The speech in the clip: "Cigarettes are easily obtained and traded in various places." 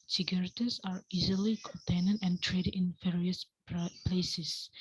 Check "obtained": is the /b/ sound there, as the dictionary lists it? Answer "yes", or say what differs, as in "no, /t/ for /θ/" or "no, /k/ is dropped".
no, /b/ is dropped